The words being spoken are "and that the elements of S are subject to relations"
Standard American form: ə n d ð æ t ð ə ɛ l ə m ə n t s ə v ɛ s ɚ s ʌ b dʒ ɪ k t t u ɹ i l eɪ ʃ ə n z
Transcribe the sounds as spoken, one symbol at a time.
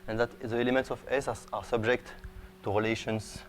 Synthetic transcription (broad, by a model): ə n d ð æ t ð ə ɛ l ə m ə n t s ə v ɛ s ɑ s ʌ b dʒ ɪ k t t u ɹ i l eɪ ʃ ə n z